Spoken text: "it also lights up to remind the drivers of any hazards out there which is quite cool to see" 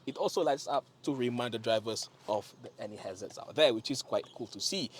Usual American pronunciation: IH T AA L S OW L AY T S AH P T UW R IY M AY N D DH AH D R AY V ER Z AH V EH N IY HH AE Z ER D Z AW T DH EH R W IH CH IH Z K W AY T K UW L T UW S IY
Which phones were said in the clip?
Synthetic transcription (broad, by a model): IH T AA L S OW L AY T S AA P T UW R IY M AY N D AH D R AY V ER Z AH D EH N IY HH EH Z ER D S AW T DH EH W IH CH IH S K W AY T K UW L T UW S IY